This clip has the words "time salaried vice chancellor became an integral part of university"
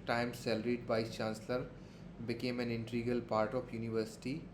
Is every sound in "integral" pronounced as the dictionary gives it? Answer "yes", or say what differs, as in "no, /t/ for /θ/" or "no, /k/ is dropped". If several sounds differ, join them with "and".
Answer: no, /ɹ/ is dropped